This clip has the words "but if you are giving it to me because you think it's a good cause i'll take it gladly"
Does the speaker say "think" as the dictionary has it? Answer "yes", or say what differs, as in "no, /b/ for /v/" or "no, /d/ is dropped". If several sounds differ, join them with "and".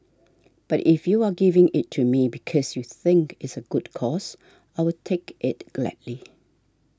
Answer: yes